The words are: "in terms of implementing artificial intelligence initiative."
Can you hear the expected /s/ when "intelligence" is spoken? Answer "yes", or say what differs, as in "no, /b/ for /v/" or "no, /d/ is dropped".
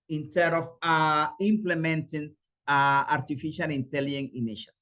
no, /s/ is dropped